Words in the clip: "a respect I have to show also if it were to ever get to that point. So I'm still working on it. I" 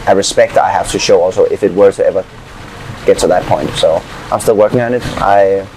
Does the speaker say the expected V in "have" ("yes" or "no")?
no